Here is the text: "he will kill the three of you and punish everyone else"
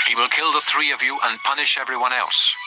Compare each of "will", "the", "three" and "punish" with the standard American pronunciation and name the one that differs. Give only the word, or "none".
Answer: none